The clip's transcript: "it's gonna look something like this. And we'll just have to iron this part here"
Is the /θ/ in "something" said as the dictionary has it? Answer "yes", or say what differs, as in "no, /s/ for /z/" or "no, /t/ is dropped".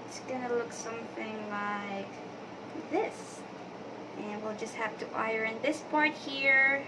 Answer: yes